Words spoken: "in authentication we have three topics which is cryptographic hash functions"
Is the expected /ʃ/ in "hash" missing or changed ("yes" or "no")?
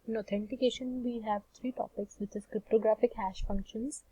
no